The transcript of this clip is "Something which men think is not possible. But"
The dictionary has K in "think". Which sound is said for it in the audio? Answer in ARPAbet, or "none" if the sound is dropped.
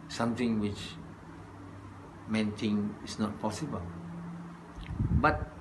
none